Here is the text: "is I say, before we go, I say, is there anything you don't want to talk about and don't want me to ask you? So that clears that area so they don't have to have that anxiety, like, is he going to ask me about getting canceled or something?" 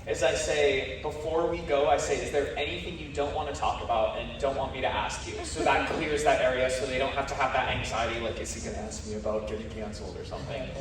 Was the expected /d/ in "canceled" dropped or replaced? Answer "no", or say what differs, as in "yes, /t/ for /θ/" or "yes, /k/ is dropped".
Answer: yes, /d/ is dropped